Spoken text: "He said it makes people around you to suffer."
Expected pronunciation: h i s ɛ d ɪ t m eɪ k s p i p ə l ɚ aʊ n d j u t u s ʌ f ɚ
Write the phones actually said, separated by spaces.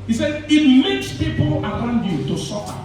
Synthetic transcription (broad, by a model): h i s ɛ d ɪ t m eɪ k s p i p ə l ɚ aʊ n d j u t u s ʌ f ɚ